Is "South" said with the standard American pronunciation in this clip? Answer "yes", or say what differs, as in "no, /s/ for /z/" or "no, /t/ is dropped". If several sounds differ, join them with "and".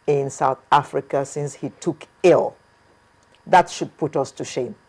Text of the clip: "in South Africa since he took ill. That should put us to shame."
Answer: yes